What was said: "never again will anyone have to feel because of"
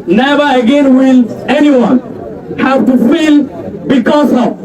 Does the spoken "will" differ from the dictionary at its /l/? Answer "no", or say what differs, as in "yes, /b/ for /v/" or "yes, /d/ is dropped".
no